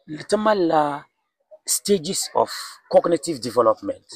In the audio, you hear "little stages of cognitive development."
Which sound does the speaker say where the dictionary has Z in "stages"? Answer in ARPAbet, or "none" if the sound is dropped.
S